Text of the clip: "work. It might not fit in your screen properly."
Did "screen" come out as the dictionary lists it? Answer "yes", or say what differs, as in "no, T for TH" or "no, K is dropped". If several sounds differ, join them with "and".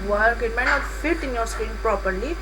no, R is dropped